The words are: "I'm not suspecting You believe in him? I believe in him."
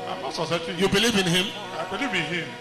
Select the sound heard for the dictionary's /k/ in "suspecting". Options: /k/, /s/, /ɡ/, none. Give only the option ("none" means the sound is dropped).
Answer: none